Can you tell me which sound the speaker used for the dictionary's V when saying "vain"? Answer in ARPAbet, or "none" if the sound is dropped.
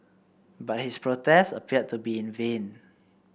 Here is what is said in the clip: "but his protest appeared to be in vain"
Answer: V